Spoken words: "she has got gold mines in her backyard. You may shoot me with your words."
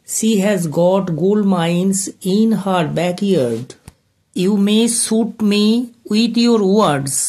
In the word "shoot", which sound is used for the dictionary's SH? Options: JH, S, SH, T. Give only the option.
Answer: S